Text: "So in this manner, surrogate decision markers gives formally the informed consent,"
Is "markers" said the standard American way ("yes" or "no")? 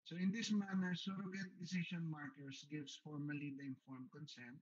no